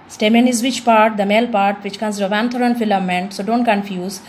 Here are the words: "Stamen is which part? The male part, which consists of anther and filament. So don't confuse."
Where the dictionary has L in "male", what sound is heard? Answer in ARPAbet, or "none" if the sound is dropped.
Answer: L